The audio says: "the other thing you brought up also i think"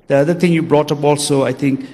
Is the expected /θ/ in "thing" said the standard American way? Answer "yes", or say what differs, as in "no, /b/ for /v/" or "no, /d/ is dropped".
no, /t/ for /θ/